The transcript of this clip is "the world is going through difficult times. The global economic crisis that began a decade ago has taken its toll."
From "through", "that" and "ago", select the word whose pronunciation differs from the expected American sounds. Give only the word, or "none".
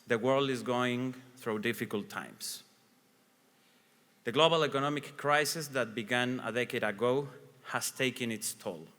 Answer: none